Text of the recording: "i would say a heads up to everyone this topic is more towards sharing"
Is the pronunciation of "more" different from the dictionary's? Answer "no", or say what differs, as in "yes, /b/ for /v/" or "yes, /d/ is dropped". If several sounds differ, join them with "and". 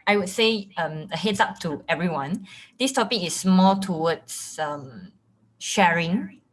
yes, /l/ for /ɹ/